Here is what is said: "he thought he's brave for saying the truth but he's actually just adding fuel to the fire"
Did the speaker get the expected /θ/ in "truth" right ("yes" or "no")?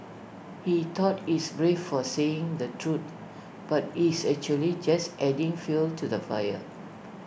no